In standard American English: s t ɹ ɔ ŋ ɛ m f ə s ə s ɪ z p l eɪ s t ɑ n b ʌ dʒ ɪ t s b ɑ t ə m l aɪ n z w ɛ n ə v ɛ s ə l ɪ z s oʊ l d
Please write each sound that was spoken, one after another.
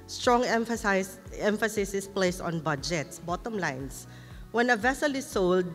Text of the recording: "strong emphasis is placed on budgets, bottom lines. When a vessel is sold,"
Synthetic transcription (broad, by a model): s t ɹ ɔ ŋ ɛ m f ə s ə s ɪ s p l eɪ s ɑ n b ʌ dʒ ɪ t s b ɑ t ə m l aɪ n s w ɛ n ə v ɛ s ə l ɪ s oʊ l d